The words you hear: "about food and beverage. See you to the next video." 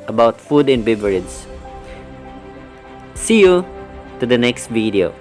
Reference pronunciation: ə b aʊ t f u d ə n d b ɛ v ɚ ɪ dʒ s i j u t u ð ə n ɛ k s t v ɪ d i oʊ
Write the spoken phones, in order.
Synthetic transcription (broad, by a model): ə b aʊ t f u d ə n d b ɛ b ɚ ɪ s s i j u t u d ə n ɛ k s t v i d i oʊ